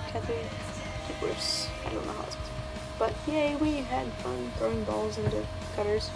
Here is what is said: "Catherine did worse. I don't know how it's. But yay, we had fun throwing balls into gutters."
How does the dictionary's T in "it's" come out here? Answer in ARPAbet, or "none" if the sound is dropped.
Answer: S